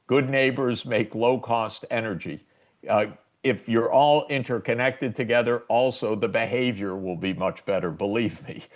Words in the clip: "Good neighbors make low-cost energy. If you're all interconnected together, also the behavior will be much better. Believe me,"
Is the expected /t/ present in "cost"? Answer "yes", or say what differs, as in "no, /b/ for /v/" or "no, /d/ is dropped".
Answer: yes